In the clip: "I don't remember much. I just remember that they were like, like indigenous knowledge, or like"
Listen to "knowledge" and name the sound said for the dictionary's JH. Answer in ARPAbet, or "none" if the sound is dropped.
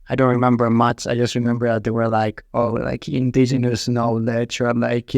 CH